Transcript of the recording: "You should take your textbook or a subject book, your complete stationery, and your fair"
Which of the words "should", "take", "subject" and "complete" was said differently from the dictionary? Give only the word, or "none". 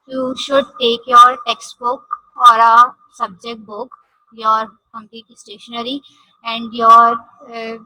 complete